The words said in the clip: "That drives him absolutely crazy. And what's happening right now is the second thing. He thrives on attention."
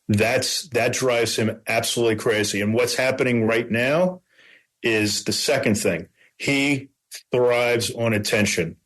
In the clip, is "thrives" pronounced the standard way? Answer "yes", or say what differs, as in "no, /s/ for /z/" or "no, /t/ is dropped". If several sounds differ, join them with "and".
yes